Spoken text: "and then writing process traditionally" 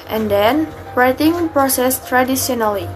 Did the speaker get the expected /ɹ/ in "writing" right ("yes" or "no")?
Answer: yes